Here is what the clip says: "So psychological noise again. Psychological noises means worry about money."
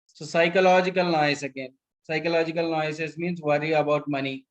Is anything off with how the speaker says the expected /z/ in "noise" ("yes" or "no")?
yes